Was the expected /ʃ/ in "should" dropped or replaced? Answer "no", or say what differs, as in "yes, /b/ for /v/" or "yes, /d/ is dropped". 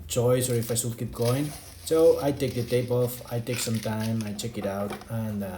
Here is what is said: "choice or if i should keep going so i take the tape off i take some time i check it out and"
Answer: yes, /s/ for /ʃ/